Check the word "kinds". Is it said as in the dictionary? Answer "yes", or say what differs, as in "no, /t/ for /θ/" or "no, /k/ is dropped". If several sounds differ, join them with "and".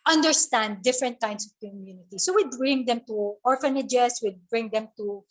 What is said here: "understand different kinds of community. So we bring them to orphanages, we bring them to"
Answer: no, /s/ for /z/